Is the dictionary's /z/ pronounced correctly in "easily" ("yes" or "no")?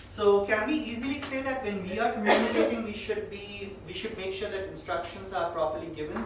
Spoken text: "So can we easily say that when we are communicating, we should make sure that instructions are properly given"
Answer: yes